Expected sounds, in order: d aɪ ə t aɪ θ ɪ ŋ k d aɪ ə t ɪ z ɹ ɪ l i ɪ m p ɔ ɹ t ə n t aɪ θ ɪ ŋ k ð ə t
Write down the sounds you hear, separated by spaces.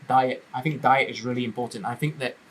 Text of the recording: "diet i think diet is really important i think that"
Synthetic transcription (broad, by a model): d aɪ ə t aɪ θ ɪ ŋ k d aɪ ə t ɪ z ɹ ɪ l i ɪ m p ɔ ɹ t n t aɪ θ ɪ ŋ k ð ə t